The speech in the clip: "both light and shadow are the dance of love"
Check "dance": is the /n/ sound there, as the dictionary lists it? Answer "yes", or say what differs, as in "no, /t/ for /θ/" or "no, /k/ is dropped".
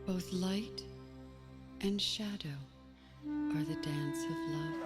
yes